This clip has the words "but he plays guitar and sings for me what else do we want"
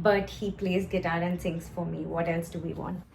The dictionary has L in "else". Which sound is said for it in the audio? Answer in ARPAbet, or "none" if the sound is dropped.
L